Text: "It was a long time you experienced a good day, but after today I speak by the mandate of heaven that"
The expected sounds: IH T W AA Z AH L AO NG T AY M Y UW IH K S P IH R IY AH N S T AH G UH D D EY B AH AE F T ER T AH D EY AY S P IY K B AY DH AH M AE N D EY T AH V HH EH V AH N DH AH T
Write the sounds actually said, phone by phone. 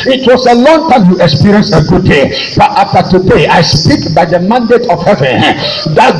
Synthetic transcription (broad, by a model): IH T W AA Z AH L AO NG T AY M Y UW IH K S P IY R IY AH N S AH G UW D D EY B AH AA F T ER T AH D EY AY S P IY K B AY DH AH M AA N D EY T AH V HH EH V AH N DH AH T